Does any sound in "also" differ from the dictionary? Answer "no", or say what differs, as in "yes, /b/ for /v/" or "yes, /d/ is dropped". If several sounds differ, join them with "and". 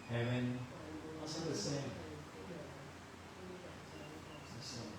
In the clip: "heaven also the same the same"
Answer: yes, /l/ is dropped